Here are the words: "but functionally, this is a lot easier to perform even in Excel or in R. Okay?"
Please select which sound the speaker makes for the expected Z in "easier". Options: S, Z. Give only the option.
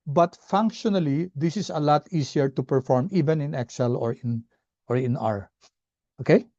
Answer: S